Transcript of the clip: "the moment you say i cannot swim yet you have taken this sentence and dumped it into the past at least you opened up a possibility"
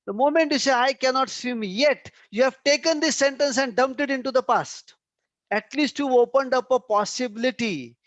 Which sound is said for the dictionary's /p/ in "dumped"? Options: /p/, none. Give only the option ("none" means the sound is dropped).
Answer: /p/